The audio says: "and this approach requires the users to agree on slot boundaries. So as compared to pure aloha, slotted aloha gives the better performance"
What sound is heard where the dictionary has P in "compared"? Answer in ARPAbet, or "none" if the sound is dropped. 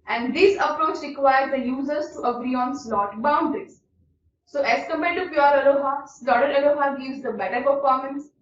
none